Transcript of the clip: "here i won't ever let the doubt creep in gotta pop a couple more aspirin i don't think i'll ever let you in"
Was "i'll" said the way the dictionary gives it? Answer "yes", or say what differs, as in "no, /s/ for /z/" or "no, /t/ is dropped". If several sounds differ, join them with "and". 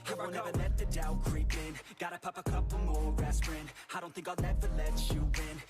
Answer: no, /n/ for /l/